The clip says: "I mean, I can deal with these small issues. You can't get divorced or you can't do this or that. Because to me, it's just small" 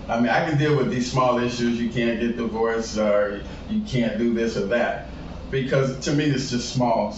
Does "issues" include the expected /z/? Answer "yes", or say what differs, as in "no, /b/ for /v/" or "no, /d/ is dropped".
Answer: yes